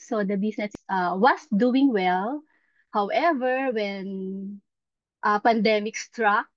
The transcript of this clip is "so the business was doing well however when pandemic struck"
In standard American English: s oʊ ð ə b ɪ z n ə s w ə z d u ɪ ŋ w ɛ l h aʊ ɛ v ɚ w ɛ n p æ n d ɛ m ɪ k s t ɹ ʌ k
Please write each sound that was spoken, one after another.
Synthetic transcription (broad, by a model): s oʊ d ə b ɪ s n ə s w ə s d u ɪ ŋ w ɛ l h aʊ ɛ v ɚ w ɛ n p æ n d ɛ m ɪ k s t ɹ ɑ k